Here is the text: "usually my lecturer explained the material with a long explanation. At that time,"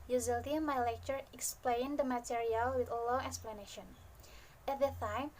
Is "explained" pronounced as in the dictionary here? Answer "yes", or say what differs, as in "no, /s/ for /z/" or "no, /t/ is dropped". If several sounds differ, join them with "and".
yes